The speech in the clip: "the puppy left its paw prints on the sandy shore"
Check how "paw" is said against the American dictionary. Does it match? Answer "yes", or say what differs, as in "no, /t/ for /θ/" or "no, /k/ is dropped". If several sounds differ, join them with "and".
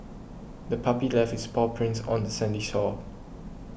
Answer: yes